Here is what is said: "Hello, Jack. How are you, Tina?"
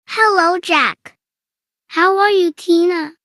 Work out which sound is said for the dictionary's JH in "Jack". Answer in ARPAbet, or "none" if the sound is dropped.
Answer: CH